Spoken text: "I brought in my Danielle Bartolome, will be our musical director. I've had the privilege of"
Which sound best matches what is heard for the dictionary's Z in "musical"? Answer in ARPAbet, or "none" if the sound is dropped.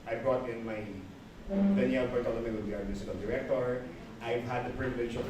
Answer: S